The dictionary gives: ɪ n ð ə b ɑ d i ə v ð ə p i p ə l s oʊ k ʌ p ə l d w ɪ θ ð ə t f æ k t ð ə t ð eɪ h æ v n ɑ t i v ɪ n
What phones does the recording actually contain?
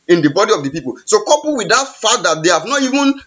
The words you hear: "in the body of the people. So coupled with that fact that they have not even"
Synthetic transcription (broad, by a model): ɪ n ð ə b ɑ d i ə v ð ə p i p ə l s oʊ k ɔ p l w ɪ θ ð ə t f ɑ t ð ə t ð eɪ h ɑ v n ɑ t i v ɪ n